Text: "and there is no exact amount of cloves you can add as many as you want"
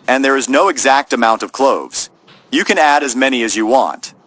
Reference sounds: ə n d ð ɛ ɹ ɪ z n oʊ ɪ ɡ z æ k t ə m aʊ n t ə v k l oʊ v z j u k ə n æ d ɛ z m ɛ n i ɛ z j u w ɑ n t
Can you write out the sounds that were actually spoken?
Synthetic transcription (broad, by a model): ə n ð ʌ ɹ ɪ z n oʊ ɪ ɡ z æ k t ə m aʊ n t ə v k l oʊ v z j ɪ k ə n æ d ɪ z m ɛ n i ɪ z j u w ɑ n t